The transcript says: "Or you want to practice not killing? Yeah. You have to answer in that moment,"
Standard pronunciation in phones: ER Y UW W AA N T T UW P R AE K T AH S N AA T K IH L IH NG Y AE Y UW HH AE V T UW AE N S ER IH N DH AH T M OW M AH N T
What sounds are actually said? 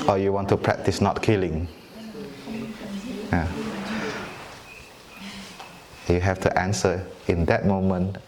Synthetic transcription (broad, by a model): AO Y UW W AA N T T UW P R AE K T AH S N AA T K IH L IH NG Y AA Y UW HH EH F T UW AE N S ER IH N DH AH T M OW M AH N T